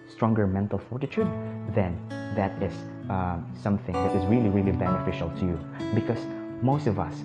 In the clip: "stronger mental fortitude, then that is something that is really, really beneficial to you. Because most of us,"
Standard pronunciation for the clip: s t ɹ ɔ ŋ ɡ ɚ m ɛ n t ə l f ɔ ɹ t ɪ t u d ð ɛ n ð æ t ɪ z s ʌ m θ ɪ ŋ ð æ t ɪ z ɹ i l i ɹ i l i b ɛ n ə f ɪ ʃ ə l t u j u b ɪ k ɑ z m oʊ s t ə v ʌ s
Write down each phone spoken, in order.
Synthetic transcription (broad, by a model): s t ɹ ɔ ŋ ɡ ɚ m ɛ n t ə l f ɔ ɹ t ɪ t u d ð ɛ n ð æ t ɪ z s ʌ m θ ɪ ŋ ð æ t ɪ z ɹ i l i ɹ i l i b ɛ n ə f ɪ ʃ ə l t u j u b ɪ k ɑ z m oʊ s t ə v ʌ s